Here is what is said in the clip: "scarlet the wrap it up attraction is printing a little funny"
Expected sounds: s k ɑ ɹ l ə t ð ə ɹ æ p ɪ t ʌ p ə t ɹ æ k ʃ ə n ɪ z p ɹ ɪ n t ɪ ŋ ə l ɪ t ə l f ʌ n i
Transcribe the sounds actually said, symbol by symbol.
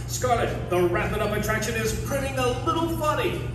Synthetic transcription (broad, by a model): s k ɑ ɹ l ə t ð ə ɹ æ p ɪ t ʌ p ə t ɹ æ k ʃ ə n ɪ z p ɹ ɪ t ɪ ŋ ə l ɪ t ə l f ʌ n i